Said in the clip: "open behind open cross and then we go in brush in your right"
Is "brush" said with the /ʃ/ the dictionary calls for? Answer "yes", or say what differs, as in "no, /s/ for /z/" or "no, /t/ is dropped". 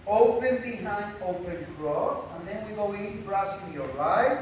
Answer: no, /s/ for /ʃ/